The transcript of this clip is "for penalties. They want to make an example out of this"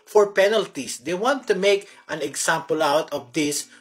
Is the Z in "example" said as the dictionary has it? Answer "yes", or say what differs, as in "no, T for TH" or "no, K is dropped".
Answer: no, S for Z